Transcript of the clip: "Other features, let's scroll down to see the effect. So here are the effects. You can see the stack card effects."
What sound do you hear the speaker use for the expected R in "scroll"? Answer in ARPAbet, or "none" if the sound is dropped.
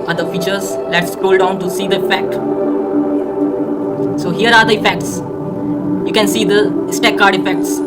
none